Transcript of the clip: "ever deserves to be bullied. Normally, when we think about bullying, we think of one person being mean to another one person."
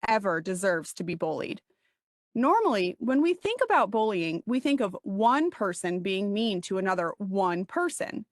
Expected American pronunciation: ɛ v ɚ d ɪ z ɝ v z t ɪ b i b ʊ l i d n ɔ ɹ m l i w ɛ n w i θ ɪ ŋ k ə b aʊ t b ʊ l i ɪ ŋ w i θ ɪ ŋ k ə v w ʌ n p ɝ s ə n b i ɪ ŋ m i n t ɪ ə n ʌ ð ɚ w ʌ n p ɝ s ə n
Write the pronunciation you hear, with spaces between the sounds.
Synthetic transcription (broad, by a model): ɛ v ɚ d ɪ z ɝ v z t ɪ b i b ʊ l i d n ɔ ɹ m l i w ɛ n w i θ ɪ ŋ k ə b aʊ t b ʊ l i ɪ ŋ w i θ ɪ ŋ k ə v w ʌ n p ɝ s ə n b i ɪ ŋ m i n t ɪ ə n ʌ ð ɚ w ʌ n p ɝ s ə n